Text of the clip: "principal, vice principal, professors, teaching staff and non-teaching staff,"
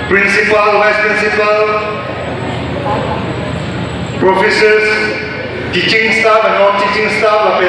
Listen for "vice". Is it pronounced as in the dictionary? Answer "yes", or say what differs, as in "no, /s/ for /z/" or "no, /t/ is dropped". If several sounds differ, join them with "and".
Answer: no, /w/ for /v/